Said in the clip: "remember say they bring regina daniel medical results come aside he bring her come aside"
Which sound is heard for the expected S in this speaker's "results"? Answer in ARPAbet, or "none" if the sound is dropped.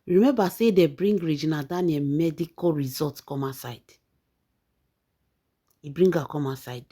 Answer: none